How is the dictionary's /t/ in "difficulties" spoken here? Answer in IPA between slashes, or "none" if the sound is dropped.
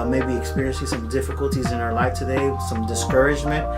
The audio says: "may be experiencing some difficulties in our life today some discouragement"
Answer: /t/